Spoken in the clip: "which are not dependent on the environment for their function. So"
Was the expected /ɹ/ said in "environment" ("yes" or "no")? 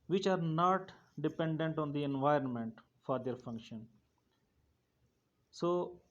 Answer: yes